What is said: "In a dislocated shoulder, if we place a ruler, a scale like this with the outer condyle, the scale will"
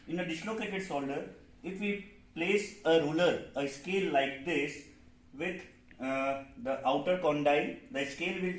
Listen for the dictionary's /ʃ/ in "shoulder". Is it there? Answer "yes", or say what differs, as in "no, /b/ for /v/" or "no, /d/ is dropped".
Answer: no, /s/ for /ʃ/